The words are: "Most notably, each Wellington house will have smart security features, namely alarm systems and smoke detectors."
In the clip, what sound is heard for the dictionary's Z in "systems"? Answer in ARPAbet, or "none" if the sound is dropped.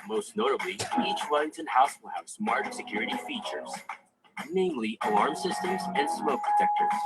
Z